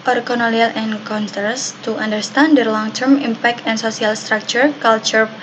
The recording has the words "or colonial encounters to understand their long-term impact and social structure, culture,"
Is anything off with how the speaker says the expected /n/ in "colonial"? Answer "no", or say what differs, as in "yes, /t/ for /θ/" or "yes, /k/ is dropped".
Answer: yes, /l/ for /n/